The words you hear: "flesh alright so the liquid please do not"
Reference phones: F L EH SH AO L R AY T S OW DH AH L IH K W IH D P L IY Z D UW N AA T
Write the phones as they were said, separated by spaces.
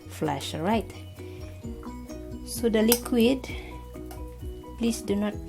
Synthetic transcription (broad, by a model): F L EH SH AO R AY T S OW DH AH L IH K W IH D P L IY S D UW N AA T